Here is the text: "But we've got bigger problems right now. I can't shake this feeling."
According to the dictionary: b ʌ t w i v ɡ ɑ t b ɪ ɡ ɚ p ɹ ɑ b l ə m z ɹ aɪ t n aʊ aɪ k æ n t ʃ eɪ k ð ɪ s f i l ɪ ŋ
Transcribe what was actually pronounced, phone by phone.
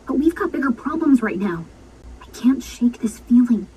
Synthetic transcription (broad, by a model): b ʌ t w i v ɡ ɑ t b ɪ ɡ ɚ p ɹ ɑ b l ə m z ɹ aɪ t n aʊ aɪ k æ n t ʃ eɪ k ð ɪ s f i l ɪ ŋ